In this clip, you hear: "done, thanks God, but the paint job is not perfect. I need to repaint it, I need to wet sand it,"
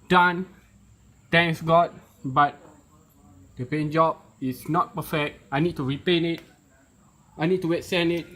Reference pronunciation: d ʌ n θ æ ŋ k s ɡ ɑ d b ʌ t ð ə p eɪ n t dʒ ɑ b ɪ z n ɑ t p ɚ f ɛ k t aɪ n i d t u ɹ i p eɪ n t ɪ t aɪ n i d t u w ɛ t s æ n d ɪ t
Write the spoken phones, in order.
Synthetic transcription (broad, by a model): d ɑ n t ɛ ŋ k s ɡ ɑ d b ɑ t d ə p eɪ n dʒ ɑ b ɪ s n ɑ t p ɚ f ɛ k t aɪ n i d t u ɹ i p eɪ n ɪ t aɪ n i d t u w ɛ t s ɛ n ɪ t